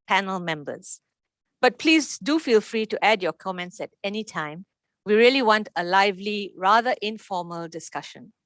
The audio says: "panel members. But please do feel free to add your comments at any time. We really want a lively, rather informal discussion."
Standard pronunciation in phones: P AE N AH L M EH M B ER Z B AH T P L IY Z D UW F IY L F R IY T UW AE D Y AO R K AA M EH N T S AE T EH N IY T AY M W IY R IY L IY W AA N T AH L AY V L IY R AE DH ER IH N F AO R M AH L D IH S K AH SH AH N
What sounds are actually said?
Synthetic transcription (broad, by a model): P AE N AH L M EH M B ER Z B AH T P L IY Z D UW F IY L F R IY T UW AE D Y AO K AA M EH N T S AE T EH N IY T AY M W IY R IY L IY W AA N T AH L AY V L IY R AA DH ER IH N F AO M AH L D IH S K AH SH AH N